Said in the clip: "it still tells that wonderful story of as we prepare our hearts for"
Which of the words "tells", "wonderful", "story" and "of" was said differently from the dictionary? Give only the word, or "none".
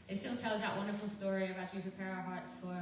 of